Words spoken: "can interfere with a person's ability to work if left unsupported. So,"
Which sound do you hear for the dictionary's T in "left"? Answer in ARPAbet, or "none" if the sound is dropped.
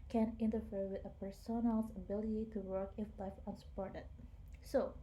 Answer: none